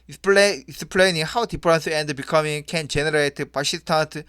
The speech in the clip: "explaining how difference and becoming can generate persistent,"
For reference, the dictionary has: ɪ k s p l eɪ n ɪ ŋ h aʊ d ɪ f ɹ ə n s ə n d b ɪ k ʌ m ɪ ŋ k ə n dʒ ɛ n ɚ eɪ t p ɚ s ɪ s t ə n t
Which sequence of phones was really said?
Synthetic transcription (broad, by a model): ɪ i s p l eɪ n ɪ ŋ h aʊ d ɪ p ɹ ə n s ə n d b ɪ k ʌ m ɪ ŋ k ə n dʒ ɛ n ɚ eɪ t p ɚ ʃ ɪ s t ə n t